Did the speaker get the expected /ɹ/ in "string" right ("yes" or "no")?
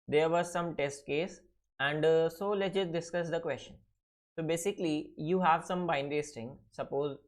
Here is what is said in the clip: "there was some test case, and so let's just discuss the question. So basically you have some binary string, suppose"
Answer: no